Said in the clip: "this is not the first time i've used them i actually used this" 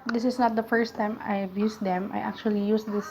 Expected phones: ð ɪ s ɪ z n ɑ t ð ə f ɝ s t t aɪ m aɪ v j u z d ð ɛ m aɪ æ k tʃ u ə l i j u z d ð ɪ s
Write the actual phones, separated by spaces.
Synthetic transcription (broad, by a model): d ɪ s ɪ s n ɑ t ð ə f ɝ s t t aɪ m aɪ b j u s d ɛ m aɪ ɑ k tʃ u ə l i j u s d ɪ s